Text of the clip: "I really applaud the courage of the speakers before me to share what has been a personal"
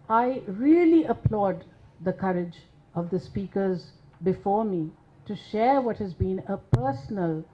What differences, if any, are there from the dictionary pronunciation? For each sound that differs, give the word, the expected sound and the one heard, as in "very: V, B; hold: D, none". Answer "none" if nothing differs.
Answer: none